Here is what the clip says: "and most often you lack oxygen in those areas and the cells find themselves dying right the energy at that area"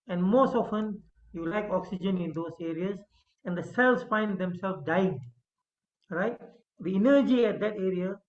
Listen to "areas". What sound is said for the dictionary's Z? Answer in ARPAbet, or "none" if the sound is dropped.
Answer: S